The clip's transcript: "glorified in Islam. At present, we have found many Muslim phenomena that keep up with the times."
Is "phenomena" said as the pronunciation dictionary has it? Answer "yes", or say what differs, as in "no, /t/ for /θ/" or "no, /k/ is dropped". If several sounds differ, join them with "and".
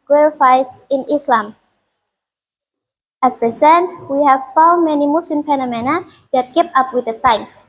no, /p/ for /f/